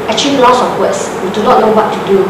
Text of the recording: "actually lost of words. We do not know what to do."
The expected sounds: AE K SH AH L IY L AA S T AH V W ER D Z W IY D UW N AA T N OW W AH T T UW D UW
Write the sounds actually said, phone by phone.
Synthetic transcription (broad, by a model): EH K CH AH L IY L AA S AH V W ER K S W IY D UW N AA T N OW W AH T T UW D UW